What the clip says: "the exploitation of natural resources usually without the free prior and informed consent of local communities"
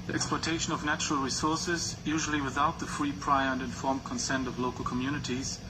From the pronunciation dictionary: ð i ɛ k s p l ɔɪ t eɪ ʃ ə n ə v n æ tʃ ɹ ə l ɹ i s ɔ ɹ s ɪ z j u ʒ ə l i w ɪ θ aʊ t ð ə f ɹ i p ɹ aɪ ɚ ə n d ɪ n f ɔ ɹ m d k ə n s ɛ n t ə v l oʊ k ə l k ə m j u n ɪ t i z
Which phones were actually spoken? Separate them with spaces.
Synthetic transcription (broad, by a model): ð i ɛ k s p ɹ t eɪ ʃ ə n ə v n æ tʃ ɹ ə l ɹ i s ɔ ɹ s ɪ z j u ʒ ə l i w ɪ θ aʊ t ð ə f ɹ i p ɹ aɪ ɚ ə n d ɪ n f ɔ ɹ m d k ə n s ɛ n t ə v l oʊ k ə l k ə m j u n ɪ t i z